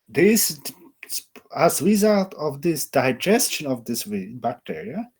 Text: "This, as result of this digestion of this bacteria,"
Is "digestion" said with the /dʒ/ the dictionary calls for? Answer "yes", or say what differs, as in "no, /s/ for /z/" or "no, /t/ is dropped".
yes